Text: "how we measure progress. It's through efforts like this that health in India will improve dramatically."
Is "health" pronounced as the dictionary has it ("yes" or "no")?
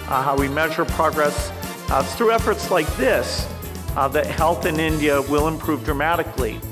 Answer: yes